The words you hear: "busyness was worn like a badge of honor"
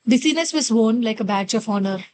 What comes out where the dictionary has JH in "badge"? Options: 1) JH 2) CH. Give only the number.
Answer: 2